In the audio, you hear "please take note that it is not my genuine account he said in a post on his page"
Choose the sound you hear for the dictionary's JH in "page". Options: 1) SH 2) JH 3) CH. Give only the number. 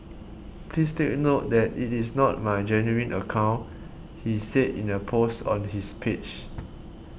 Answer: 3